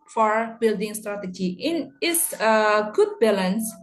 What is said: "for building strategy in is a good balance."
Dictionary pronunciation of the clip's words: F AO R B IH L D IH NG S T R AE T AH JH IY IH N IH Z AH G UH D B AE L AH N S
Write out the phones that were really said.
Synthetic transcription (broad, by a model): F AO R B IH L D IH NG S T R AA T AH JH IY IH N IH S AH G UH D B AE L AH N S